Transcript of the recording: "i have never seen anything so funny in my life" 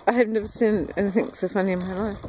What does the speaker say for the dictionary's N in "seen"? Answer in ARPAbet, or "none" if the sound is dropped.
N